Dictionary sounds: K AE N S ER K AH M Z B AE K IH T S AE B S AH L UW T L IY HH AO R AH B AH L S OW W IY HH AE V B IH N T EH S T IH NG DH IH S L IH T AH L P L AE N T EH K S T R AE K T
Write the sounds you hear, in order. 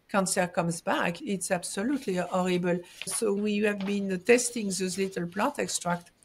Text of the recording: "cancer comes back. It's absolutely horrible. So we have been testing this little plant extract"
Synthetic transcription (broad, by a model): K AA N S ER K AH M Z B AE K IH T S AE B S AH L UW T L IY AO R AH B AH L S OW W IY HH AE V B IH N T EH S T IH NG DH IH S L IH T AH L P L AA T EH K S T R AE K T